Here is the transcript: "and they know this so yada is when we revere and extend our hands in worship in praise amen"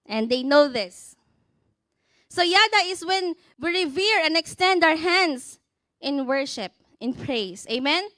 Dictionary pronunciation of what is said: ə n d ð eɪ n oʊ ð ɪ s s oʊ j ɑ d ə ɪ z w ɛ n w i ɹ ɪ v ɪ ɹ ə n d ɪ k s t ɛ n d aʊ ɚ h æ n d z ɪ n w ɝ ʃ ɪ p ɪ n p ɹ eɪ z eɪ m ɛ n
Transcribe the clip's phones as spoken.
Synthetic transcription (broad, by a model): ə n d eɪ n oʊ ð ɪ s s oʊ j ɑ d ə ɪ s w ɛ n w i ɹ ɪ v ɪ ɹ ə n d ɪ k s t ɛ n d aʊ ɚ h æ n d s ɪ n w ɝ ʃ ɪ p ɪ n p ɹ eɪ s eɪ m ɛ n